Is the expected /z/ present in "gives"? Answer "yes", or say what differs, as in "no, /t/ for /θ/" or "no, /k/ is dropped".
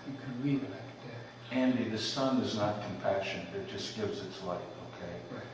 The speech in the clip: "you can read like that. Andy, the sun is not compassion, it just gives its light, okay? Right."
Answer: yes